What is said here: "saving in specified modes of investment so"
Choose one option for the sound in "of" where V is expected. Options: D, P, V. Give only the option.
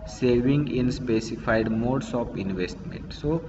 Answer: P